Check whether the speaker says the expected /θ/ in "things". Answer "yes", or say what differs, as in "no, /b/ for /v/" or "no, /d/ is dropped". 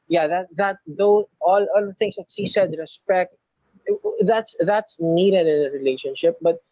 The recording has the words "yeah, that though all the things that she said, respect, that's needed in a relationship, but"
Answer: no, /t/ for /θ/